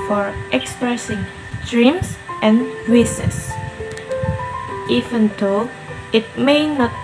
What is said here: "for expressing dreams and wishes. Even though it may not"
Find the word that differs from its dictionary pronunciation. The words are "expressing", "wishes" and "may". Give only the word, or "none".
wishes